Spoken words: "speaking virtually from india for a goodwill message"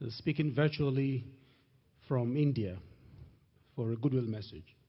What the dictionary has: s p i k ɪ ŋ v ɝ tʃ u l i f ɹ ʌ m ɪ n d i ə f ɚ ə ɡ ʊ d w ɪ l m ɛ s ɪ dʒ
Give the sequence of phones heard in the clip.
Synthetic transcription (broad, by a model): s p i k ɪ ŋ v ɝ tʃ u l i f ɹ ʌ m ɪ n d i ə f ɚ ə ɡ ʊ d w ɪ l m ɛ s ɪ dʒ